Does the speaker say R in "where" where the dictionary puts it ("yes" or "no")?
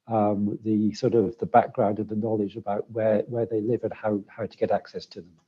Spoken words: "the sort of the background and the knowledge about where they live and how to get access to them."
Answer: no